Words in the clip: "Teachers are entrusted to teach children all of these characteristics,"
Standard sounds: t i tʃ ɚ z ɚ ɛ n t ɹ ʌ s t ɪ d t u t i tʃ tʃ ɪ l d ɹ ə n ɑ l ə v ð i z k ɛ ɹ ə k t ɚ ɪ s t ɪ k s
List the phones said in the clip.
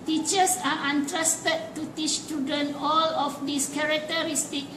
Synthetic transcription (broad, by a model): t i tʃ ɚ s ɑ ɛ n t ɹ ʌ s t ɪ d t u t i tʃ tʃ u d ə n ɑ l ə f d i s k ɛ ɹ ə k t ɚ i s t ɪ k